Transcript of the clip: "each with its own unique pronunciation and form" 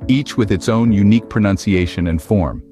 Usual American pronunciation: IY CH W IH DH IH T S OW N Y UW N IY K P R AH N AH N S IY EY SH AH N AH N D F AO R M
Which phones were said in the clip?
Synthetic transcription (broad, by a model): IY CH W IH DH IH T S OW N Y UW N IY K P R AH N AH N S IY EY SH AH N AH N F AO R M